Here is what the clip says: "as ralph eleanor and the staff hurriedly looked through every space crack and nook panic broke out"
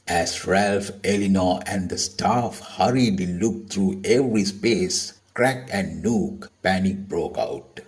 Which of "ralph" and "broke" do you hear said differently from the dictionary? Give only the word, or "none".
none